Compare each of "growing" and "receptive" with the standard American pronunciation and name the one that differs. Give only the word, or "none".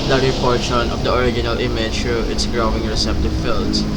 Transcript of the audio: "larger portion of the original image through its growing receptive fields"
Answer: none